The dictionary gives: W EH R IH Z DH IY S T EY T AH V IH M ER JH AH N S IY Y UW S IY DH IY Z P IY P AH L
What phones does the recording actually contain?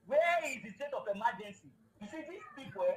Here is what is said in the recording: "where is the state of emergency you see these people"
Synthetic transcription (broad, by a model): W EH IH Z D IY S T EY T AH F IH M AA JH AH N S IY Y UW S IY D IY P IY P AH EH